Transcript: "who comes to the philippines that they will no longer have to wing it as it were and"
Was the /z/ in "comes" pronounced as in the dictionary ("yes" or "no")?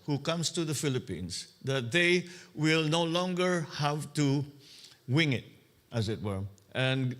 no